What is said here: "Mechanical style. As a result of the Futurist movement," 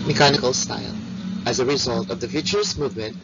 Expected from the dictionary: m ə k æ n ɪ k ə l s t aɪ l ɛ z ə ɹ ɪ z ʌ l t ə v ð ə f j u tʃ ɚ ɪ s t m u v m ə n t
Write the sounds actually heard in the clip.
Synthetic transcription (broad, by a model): m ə k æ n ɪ k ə l s t aɪ l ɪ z ə ɹ ɪ z ʌ l t ə v ð ə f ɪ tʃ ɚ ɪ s m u v m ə n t